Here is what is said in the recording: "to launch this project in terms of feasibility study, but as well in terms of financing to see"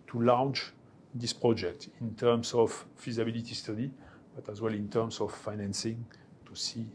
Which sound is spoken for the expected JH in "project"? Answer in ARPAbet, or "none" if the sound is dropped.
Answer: JH